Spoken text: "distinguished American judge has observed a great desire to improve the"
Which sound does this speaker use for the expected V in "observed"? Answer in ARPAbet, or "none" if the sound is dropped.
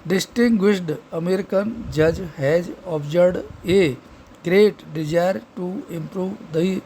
none